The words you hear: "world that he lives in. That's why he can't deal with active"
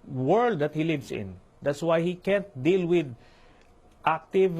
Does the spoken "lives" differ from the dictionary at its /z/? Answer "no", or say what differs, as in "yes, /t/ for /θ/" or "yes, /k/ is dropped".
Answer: yes, /s/ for /z/